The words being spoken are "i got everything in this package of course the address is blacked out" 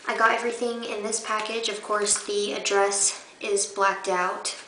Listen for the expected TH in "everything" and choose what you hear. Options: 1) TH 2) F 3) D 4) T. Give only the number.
1